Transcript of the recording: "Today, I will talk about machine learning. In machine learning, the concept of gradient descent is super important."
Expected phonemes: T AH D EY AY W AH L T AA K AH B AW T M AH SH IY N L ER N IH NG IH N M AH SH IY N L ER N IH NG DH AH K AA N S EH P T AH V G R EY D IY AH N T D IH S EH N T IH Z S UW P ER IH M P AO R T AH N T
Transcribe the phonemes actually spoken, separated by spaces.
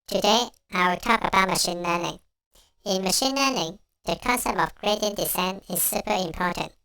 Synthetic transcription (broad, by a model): T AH D EY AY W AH T AA K AH B AW T M AH SH IY N L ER N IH NG IH N M AH SH IY N L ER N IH NG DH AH K AA N S EH P T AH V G R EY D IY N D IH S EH N IH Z S UW P ER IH M P AO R T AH N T